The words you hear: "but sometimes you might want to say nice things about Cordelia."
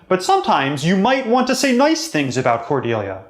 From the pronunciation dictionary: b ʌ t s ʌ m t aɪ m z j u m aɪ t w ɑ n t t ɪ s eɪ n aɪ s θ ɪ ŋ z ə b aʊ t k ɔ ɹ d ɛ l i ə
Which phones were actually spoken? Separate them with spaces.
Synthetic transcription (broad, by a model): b ʌ t s ʌ m t aɪ m z j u m aɪ t w ɑ n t t ɪ s eɪ n aɪ s θ ɪ ŋ z ə b aʊ t k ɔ ɹ d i l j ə